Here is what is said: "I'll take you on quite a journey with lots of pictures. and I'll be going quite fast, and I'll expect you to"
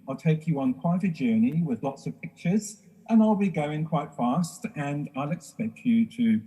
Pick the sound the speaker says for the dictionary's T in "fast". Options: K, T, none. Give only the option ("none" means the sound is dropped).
T